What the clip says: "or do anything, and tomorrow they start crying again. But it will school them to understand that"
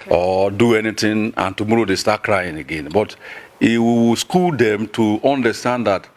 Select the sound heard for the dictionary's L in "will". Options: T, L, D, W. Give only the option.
W